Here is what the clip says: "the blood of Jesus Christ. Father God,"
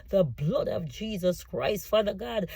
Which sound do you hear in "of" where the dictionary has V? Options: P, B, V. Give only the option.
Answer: V